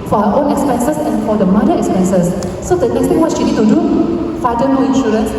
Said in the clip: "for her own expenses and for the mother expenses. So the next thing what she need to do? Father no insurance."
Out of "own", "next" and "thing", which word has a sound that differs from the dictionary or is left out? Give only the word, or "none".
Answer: thing